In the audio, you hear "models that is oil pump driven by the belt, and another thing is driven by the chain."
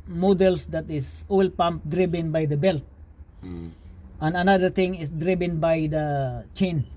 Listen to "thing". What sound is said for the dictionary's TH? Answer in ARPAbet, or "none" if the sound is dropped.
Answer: T